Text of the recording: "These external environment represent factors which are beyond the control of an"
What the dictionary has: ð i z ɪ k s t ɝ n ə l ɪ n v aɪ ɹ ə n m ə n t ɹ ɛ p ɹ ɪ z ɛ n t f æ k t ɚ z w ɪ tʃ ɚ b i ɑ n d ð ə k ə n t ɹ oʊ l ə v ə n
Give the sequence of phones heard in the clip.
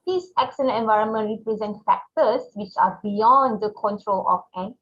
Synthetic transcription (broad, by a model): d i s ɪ k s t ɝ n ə n ɪ n v aɪ ɹ ə n m ə n t ɹ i p ɹ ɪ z ɛ n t f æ k t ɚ s w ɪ tʃ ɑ b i ɑ n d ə k ə n t ɹ oʊ l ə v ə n